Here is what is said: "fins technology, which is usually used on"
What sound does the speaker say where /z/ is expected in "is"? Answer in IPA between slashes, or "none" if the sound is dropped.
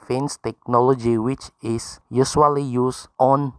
/s/